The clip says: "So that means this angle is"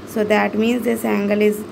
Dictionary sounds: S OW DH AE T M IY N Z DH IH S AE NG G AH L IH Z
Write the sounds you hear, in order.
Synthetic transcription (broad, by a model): S OW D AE T M IY N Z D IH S AE NG G AH L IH Z